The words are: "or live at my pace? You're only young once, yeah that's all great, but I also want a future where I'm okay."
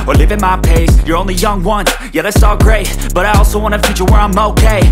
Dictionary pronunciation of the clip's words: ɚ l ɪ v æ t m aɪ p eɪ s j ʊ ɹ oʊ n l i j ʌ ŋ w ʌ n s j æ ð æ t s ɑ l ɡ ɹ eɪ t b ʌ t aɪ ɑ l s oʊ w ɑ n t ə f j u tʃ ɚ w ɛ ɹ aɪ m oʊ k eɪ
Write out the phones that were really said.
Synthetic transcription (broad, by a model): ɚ l ɪ v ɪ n m aɪ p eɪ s j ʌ ɹ oʊ n l i j ʌ ŋ w ʌ n j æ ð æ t s ɑ l ɡ ɹ eɪ t b ʌ t aɪ ɑ l s oʊ w ɑ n ə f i tʃ ɚ w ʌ ɹ aɪ m oʊ k eɪ